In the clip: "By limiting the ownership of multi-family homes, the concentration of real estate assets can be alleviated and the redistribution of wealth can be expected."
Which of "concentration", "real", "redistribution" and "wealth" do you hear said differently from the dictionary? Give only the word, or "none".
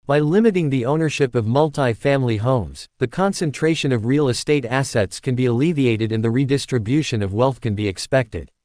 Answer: none